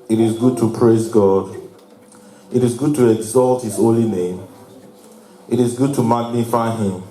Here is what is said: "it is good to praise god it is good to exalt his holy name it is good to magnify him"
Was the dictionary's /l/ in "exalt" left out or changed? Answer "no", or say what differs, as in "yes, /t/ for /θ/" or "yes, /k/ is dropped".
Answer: no